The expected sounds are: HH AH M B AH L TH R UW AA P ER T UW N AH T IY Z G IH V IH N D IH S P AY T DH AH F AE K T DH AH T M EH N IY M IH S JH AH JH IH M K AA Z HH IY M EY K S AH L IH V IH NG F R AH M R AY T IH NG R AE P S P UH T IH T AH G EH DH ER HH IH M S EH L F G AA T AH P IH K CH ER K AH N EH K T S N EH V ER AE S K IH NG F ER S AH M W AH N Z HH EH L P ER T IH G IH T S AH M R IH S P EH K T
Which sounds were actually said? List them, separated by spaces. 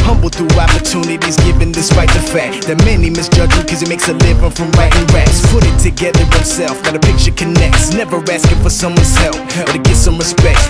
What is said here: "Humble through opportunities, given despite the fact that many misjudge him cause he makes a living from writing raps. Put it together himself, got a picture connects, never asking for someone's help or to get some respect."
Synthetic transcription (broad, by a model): HH AH M B L TH R UW AA P ER T UW N AH T IY Z G IH V IH N D IH S P AY T DH AH F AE K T DH AH T M EH N IY M IH S JH AH JH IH K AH Z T M EY K S AH L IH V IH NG F R AH M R AY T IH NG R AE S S P UH T IH T AH G EH DH ER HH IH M S EH L F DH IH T AH P IH K CH ER K AH N EH K T S N EH V ER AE S K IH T F ER S AH M W AH N Z HH EH L P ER T IH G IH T S AH M R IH S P EH K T